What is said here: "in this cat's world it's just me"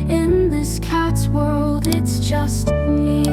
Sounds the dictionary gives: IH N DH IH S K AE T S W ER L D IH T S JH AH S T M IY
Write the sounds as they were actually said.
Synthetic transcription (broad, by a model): IH N DH IH S K AE T S W ER L D IH T S JH AH S T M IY